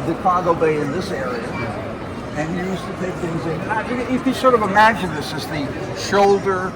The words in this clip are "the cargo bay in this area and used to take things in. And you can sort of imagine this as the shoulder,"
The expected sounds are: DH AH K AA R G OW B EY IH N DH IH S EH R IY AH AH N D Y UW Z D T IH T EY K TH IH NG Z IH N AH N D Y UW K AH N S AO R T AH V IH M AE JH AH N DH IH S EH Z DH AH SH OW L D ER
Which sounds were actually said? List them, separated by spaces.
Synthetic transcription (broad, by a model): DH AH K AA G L B EY IH N DH IH S EH R IY AH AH N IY Y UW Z T IH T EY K TH IH NG Z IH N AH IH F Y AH S AO R T AH V IH M AE JH AH N DH IH S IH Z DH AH SH OW L D ER